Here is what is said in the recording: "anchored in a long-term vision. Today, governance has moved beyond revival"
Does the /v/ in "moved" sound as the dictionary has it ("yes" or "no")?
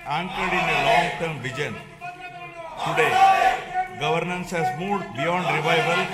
no